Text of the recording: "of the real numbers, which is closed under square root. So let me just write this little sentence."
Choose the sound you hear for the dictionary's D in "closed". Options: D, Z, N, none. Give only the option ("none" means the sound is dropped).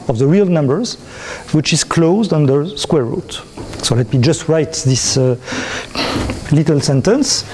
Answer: D